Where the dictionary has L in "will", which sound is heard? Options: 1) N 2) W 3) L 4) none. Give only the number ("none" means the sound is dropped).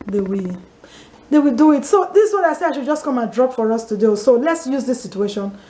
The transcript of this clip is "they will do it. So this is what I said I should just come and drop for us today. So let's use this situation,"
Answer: 2